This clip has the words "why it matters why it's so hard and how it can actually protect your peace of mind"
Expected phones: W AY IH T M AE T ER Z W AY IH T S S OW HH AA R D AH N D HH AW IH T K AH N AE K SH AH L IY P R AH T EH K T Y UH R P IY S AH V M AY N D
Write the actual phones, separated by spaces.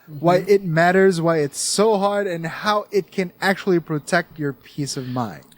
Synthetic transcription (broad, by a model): W AY IH T M AE T ER Z W AY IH T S S OW HH AA R D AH N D HH AW IH T K AH N AE K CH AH L IY P R AH T EH K T Y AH R P IY S AH V M AY N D